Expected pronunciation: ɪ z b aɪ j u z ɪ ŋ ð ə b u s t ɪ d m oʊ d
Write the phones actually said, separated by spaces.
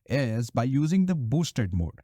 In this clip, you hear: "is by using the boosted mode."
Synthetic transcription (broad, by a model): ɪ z b aɪ j u z ɪ ŋ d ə b u s t ɪ d m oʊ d